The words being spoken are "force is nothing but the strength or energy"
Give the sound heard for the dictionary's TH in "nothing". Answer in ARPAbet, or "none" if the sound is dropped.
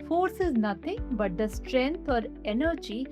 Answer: T